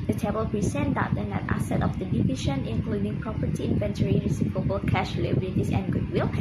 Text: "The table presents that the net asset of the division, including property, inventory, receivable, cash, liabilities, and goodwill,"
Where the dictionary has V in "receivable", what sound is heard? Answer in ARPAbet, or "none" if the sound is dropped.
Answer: P